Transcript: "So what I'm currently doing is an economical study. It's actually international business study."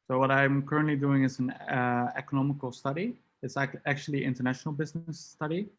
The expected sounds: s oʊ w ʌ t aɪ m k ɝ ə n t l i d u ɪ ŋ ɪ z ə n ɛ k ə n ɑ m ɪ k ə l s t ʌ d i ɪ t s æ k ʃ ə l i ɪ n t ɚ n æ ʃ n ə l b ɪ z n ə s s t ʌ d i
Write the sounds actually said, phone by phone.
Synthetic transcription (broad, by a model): s oʊ w ʌ t aɪ m k ɝ ə n t l i d u ɪ ŋ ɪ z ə n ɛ k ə n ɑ m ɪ k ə l s t ʌ d i ɪ t s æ k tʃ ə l i ɪ n t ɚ n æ ʃ n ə l b ɪ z n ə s s t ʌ d i